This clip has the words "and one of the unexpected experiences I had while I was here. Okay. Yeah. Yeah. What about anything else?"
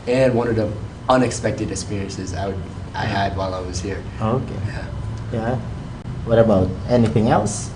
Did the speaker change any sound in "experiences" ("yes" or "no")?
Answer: no